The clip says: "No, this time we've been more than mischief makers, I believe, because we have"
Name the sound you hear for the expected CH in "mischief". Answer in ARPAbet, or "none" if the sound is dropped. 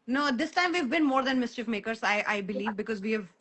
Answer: CH